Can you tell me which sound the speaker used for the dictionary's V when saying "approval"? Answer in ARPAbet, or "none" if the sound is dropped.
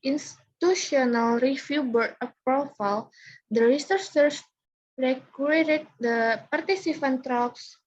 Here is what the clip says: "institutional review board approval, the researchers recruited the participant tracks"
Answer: F